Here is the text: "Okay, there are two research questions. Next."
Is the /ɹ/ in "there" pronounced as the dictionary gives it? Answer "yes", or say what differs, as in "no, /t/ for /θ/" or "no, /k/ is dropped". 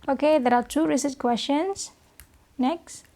yes